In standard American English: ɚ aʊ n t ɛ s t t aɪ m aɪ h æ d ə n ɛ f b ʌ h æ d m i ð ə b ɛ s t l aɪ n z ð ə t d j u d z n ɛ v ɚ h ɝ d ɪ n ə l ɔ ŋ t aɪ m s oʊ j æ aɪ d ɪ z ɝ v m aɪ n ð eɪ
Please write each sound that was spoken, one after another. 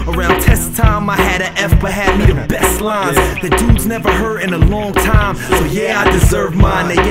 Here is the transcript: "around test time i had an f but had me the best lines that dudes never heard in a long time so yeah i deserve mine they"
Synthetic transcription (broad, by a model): ɚ aʊ n t ɛ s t t aɪ m aɪ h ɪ d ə ɛ f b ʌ h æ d m i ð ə b ɛ s t l aɪ n z ð ə t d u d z n ɛ v ɚ h ɝ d ɪ n ə l ɔ ŋ t aɪ m s oʊ j æ aɪ d ɪ z ɝ v m aɪ n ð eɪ